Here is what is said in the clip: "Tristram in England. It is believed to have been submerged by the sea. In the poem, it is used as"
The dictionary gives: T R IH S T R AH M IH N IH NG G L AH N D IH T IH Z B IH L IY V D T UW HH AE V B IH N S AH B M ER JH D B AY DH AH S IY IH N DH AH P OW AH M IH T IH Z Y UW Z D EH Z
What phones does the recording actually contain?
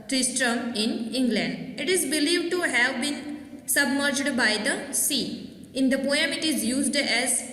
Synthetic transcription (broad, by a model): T R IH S T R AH M IH N IH NG G L AH N D IH T IH Z B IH L IY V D T UW HH AE V B IH N S AH B M ER JH D B AY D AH S IY IH N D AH P OW AH M IH T IH Z Y UW Z D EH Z